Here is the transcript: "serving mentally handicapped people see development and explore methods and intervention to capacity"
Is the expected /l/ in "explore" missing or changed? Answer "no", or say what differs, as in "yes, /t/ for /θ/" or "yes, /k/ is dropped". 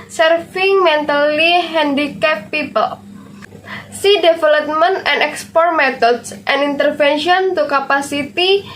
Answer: yes, /l/ is dropped